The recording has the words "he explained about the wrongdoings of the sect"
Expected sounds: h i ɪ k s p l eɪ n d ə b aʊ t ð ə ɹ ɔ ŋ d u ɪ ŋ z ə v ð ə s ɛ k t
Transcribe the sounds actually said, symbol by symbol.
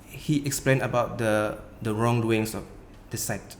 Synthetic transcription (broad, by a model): h i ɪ k s p l eɪ n ə b aʊ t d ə ɹ ɔ ŋ d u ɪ ŋ s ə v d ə s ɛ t